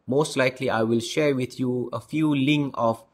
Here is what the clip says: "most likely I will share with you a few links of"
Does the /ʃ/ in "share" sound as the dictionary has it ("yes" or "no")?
yes